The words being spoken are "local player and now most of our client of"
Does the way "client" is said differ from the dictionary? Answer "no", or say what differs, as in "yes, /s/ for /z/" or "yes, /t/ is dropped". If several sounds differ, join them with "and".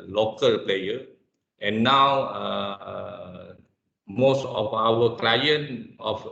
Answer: yes, /t/ is dropped